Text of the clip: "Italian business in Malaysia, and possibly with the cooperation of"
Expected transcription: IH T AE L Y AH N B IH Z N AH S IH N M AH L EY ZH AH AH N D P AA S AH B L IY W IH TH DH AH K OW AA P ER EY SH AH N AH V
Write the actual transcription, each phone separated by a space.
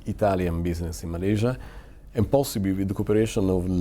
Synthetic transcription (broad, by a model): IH T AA L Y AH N B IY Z N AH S IH N M AH L EY ZH AH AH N P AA S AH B IY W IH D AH K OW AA P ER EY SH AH N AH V